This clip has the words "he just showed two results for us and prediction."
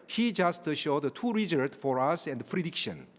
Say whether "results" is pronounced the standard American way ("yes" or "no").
no